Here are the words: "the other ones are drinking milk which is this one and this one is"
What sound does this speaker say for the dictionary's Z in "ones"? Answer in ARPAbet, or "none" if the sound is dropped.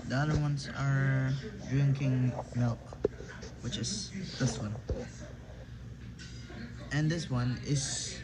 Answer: S